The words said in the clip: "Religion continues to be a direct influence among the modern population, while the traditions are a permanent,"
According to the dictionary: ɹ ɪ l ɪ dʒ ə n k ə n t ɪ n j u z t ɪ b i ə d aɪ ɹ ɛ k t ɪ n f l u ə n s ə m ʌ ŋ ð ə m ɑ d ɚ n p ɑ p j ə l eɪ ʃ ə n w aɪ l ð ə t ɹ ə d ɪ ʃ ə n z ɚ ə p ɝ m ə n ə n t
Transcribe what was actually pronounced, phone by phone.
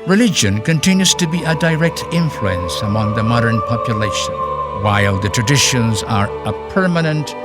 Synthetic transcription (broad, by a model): ɹ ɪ l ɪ dʒ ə n k ə n t ɪ n j u z t ɪ b i ə d aɪ ɹ ɛ k t ɪ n f l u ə n s ə m ʌ ŋ ð ə m ɑ d ɚ n p ɑ p j ə l eɪ ʃ ə n w aɪ l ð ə t ɹ ə d ɪ ʃ ə n z ɚ ə p ɝ m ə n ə n t